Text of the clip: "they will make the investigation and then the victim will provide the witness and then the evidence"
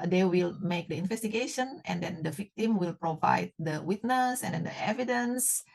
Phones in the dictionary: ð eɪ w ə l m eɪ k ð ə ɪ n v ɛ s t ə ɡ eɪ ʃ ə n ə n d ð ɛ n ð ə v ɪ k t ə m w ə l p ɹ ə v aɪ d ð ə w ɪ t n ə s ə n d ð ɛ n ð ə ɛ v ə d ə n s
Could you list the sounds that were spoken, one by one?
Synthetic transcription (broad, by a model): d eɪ w ə l m eɪ k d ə ɪ n v ɛ s t ə ɡ eɪ ʃ ə n ə n d ɛ n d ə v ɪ k t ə m w ə l p ɹ ə v aɪ d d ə w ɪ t n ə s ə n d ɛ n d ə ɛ v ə d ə n s